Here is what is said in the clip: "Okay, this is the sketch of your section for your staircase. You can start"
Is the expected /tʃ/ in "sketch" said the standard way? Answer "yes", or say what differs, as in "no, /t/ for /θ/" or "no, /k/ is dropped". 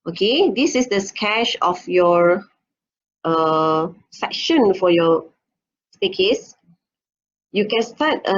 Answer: no, /ʃ/ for /tʃ/